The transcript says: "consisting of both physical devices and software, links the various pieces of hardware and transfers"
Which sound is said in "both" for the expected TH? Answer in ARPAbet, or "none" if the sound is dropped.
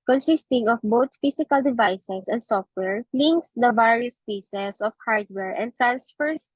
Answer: T